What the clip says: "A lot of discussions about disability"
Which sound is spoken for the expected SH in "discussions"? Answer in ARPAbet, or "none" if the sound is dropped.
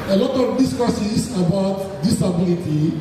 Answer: S